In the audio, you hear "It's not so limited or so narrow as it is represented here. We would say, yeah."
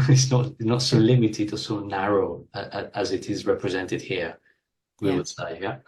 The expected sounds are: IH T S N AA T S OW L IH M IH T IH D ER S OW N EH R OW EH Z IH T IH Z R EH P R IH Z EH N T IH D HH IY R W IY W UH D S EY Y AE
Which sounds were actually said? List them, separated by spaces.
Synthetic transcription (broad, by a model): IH T S N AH T S OW L IH M IH T IH D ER S OW N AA R OW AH Z IH T IH Z R EH P R IH Z EH N T IH D HH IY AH W IY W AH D S EY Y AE